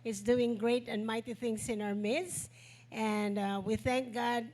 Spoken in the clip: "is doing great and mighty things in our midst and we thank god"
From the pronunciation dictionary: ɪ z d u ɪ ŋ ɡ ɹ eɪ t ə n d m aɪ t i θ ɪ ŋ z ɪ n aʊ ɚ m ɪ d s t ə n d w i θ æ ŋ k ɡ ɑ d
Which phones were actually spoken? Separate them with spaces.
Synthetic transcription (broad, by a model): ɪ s d u ɪ ŋ ɡ ɹ eɪ t ə n d m aɪ t i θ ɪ ŋ s ɪ n aʊ ɚ m ɪ d s t ə n d w i θ æ ŋ k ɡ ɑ d